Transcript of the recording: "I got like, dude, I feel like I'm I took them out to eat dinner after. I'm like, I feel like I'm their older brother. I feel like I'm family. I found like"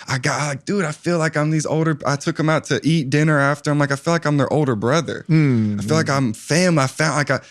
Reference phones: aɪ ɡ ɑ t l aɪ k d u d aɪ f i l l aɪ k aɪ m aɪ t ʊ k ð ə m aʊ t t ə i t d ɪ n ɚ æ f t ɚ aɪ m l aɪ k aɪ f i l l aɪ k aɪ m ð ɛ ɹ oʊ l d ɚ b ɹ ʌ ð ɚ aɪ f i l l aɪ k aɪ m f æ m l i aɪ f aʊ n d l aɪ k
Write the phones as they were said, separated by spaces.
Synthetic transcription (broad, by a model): aɪ ɡ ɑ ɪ l aɪ k d u d aɪ f i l l aɪ k aɪ m aɪ t ʊ k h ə m aʊ t t i t d ɪ n ɚ æ f t ɚ aɪ m l aɪ k aɪ f i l l aɪ k aɪ m ð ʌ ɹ oʊ l d ɚ b ɹ ʌ ð ɚ aɪ f i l l aɪ k aɪ m f æ m l i aɪ f aʊ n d l aɪ k